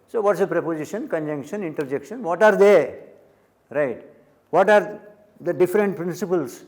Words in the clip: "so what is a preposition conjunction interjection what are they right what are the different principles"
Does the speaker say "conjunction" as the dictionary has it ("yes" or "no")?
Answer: yes